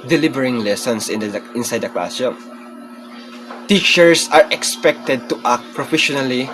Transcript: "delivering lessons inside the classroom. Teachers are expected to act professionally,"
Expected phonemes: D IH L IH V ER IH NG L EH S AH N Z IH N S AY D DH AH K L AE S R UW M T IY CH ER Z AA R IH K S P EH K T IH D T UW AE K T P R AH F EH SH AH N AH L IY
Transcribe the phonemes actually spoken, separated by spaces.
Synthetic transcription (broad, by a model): D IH L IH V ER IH NG L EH S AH N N IH N S AY D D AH K L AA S UW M T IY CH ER S AA R IH K S P EH K T IH D T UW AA K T P R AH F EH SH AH N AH L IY